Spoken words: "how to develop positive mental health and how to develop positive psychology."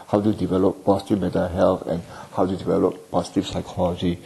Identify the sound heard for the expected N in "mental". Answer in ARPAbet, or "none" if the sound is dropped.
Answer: none